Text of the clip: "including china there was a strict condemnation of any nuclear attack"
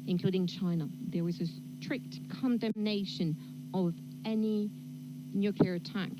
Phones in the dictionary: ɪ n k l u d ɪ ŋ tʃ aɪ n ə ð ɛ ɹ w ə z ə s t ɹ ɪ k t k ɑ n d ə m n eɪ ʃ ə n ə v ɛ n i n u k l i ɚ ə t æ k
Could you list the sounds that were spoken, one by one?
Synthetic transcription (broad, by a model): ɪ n k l u d ɪ ŋ tʃ aɪ n ə ð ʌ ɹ w ə z ə s t ɹ ɪ k t k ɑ n d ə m n eɪ ʃ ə n ə v ɛ n i n u k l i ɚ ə t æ k